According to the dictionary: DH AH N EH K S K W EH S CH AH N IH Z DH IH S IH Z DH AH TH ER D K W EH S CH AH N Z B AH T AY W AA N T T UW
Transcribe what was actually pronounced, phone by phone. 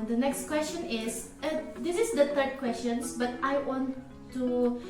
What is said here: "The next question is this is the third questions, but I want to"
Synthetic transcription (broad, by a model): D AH N EH K S K W EH S CH AH N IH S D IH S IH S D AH T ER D K W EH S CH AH N S B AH T AY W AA N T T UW